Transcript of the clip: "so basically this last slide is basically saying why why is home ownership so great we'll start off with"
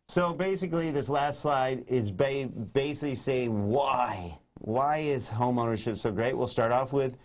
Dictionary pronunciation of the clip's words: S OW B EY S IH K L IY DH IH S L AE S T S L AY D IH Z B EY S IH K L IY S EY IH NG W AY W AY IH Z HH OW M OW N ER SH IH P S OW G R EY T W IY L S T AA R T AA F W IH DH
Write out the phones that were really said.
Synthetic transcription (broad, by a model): S OW B EY S IH K L IY DH IH S L AE S T S L AY D IH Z B EY S IH K L IY S EY IH NG W AY W AY IH Z HH OW M OW N ER SH IH P S OW G R EY T W IY L S T AA R T AA F W IH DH